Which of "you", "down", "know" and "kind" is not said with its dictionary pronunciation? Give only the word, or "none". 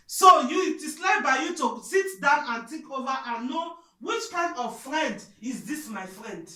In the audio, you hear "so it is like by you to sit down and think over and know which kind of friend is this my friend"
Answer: none